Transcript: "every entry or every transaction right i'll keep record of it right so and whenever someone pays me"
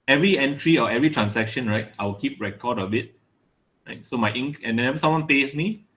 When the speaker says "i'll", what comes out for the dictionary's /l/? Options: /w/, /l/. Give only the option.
/w/